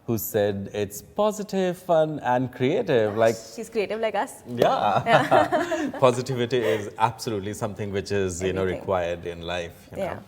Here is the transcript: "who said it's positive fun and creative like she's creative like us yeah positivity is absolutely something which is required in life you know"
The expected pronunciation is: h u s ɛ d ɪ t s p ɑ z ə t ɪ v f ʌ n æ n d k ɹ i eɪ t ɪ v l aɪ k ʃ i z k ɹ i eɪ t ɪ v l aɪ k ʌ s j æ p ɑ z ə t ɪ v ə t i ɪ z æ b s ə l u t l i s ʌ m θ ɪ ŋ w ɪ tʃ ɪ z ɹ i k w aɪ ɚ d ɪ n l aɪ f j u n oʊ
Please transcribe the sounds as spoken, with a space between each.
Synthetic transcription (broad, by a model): h u s ɛ d ɪ t s p ɑ z ə t ɪ v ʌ n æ n d k ɹ i eɪ t ɪ v l aɪ k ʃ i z k ɹ i eɪ t ɪ v l aɪ k ʌ s j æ p ɑ z ə t ɪ v ə t i ɪ z æ b s ə l u t l i s ʌ m t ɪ ŋ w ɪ tʃ ɪ z ɹ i k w aɪ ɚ d ɪ n l aɪ f j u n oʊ